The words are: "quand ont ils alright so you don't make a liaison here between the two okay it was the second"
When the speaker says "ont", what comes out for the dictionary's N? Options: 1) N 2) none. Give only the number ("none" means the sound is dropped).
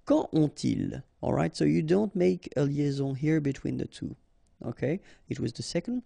2